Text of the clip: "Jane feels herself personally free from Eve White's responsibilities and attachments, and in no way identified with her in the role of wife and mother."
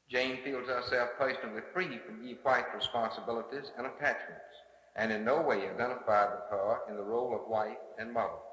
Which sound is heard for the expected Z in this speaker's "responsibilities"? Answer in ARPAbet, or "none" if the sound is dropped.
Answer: Z